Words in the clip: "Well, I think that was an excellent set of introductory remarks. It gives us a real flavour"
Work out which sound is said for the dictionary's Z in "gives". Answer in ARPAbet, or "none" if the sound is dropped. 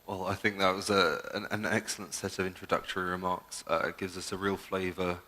Z